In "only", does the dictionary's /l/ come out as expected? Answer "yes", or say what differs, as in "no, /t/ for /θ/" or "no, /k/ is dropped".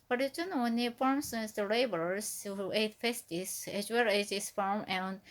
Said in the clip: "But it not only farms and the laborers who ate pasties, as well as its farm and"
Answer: no, /l/ is dropped